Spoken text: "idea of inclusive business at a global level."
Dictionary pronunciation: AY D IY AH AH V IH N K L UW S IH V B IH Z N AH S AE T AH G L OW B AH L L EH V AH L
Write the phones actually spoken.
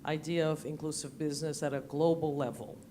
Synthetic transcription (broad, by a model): AY D IY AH AH V IH N K L UW S IH V B IH Z N AH S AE T AH G L OW B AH L L EH V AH L